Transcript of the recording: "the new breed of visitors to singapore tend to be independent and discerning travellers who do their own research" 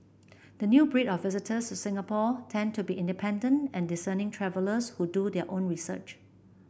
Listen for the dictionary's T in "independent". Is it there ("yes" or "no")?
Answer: yes